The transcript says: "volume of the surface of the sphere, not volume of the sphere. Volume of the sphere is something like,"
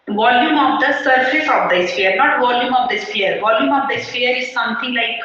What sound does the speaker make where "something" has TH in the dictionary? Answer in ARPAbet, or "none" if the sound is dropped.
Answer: T